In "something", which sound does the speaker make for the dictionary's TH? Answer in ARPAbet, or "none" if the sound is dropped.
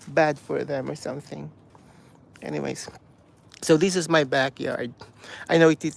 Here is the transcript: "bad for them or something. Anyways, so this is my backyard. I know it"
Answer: TH